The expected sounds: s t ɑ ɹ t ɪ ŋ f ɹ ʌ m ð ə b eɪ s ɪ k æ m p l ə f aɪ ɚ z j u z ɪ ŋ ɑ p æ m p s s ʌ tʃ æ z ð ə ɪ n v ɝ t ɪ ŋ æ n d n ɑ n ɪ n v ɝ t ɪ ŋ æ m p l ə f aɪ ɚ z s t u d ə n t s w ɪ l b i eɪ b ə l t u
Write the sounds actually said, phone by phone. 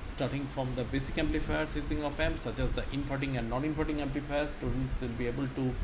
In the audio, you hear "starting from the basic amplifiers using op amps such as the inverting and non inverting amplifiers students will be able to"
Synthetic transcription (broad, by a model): s t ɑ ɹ t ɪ ŋ f ɹ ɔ m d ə b eɪ s ɪ k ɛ m p l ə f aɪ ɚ s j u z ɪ ŋ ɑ f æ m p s s ʌ tʃ æ z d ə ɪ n f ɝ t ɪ ŋ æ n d n ɑ n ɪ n f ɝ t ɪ ŋ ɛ m p l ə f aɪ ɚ s t u d ə n t s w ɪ l b i eɪ b ə l t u